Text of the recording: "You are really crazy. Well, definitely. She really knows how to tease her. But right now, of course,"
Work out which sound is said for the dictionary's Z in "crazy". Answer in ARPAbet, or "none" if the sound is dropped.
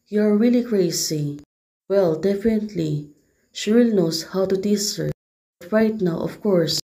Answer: S